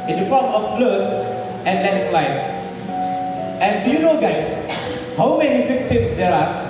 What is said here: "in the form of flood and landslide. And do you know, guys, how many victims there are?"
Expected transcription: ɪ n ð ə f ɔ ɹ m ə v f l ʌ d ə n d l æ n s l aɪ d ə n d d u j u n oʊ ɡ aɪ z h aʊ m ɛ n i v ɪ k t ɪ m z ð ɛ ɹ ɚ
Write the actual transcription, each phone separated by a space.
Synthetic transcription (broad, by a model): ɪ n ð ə f ɔ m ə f l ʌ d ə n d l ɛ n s l aɪ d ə n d d u j u n oʊ ɡ aɪ s h aʊ m ɛ n i f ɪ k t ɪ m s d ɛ ɹ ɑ